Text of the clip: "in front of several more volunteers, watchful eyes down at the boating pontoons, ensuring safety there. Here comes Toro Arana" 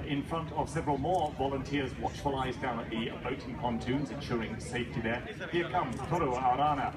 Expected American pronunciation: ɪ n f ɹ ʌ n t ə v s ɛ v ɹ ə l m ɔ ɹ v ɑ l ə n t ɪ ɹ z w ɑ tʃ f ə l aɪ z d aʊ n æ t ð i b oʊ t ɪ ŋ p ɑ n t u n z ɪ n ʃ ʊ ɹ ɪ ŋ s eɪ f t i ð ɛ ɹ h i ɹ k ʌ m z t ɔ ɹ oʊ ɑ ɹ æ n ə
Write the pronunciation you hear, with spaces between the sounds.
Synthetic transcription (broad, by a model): ɪ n f ɹ ʌ n t ə v s ɛ v ɹ ə l m ɔ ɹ v ɑ l ə n t ɪ ɹ z w ɑ tʃ f ə l aɪ z d aʊ n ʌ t ð i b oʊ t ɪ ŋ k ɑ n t u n z ɪ n ʃ ʊ ɹ ɪ ŋ s eɪ f t i ð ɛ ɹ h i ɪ k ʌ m t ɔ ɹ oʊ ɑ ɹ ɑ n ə